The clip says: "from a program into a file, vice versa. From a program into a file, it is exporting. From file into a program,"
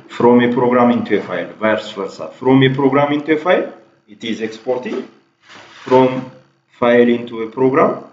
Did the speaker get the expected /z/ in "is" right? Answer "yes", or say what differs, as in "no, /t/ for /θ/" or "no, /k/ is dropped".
yes